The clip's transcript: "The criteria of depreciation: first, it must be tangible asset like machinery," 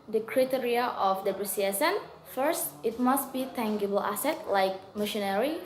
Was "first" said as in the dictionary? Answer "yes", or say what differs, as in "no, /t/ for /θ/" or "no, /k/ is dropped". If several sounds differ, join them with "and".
yes